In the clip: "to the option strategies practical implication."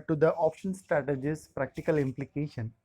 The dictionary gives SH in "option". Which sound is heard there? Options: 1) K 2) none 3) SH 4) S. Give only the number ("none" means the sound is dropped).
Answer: 3